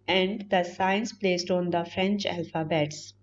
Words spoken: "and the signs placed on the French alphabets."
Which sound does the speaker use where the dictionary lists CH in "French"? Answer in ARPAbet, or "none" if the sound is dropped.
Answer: CH